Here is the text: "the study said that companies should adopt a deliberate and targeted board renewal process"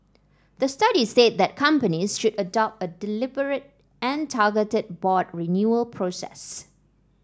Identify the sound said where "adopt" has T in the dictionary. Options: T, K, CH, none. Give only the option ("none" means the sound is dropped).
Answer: T